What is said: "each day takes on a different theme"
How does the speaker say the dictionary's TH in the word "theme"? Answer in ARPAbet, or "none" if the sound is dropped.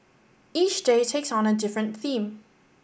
TH